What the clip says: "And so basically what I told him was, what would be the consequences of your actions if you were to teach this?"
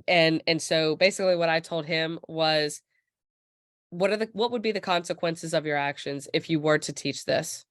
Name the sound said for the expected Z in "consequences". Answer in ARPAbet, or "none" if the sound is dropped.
Z